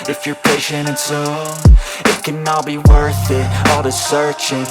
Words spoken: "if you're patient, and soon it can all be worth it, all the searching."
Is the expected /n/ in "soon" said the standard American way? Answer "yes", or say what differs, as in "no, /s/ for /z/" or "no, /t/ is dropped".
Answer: no, /n/ is dropped